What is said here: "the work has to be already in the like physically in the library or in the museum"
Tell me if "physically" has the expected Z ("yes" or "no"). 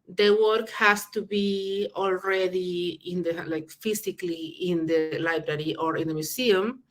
no